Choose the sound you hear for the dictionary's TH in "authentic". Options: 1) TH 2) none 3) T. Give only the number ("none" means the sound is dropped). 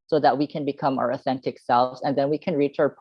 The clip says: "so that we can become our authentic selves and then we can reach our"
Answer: 1